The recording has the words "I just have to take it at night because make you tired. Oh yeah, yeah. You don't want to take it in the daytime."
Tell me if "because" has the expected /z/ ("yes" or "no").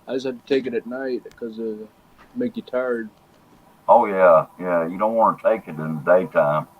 no